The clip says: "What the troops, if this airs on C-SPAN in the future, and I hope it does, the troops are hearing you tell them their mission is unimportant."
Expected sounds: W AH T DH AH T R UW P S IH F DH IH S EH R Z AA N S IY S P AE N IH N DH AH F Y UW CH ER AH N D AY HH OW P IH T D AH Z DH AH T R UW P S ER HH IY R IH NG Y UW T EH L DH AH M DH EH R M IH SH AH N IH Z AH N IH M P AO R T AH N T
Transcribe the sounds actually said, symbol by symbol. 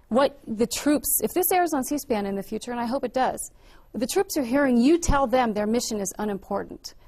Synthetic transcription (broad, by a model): W AH T DH AH T R UW P S IH F DH IH S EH R Z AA N S IY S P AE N IH N DH AH F Y UW CH ER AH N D AY HH OW P IH T D AH Z DH AH T R UW P S ER HH IY R IH NG Y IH T EH L DH AH M DH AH R M IH SH AH N IH Z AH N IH M P AO R T N T